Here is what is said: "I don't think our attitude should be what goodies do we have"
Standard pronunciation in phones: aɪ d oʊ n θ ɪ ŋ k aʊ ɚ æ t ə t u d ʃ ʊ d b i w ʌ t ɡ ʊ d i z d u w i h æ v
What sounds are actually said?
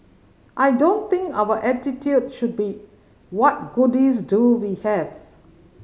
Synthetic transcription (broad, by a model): aɪ d oʊ n t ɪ ŋ k aʊ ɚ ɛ t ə t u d ʃ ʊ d b i w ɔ t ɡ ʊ d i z d u w i h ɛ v